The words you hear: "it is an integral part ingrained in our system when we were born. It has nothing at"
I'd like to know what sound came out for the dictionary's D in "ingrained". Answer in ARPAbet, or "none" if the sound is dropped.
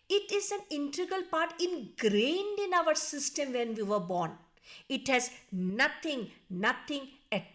D